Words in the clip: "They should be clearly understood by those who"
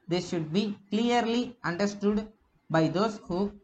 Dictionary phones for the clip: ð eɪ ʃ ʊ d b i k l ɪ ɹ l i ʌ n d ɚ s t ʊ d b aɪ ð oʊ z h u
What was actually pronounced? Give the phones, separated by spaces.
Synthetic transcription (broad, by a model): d eɪ ʃ ʊ d b i k l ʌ ɹ l i ʌ n d ɚ s t ʊ d b aɪ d oʊ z h u